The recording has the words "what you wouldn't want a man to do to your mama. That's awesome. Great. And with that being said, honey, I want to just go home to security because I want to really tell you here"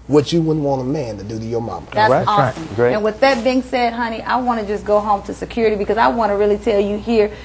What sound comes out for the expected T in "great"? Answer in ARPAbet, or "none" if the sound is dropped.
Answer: none